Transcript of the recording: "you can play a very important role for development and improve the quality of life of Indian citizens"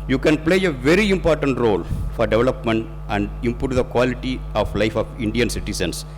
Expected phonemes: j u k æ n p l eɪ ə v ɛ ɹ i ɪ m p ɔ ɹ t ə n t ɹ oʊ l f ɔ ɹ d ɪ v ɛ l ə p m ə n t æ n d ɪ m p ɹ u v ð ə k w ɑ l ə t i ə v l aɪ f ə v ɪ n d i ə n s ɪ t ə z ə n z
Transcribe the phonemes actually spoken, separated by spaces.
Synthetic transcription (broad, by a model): j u k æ n p l eɪ ə v ɛ ɹ i ɪ m p ɔ ɹ t ə n t ɹ oʊ l f ɔ ɹ d ɪ v ɛ l ə p m ə n t æ n d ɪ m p u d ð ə k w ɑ l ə t i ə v l aɪ f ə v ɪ n d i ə n s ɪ t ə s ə n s